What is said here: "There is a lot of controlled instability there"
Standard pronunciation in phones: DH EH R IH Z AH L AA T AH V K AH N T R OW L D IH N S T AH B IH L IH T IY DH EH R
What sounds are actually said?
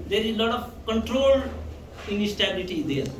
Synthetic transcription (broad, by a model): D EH R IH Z L AA T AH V K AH N T R OW L IH N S T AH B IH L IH T IY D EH R